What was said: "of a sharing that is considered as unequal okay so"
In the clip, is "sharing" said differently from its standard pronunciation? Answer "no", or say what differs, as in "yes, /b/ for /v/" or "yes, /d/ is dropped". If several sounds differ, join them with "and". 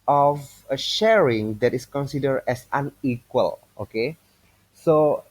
no